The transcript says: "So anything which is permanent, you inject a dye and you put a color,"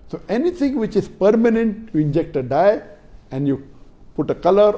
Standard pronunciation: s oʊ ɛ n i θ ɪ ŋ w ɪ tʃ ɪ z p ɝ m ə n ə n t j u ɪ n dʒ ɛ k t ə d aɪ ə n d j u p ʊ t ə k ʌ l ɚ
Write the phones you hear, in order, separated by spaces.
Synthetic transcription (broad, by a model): s oʊ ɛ n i t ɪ ŋ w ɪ tʃ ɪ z p ɝ m ə n ə n t j u ɪ n dʒ ɛ k t ə d aɪ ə n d j u p ʊ t ə k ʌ l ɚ